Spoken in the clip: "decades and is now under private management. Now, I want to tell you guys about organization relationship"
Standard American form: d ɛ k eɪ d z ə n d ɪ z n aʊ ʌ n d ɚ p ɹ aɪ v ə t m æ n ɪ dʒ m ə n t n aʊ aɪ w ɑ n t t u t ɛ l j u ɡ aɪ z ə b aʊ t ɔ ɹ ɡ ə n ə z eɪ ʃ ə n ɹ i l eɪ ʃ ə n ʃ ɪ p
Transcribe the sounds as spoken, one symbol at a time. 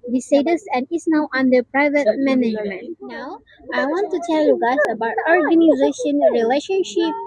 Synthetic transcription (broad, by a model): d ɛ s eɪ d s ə n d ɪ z n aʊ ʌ n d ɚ p ɹ aɪ v ə t m æ n ɪ dʒ m ə n t n aʊ aɪ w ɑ n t t u t ɛ l j u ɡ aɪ s ə b aʊ t ɔ ɹ ɡ ə n ə z eɪ ʃ ə n ɹ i l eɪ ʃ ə n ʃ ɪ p